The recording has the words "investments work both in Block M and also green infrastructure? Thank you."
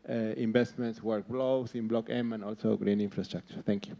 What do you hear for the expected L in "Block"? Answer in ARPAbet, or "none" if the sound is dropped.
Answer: L